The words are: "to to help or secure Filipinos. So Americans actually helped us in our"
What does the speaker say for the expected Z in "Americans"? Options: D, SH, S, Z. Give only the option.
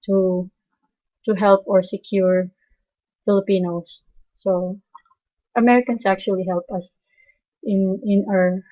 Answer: S